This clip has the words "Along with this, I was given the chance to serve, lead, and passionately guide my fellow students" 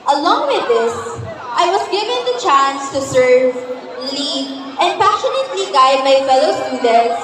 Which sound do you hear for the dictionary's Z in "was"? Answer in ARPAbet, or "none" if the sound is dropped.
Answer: S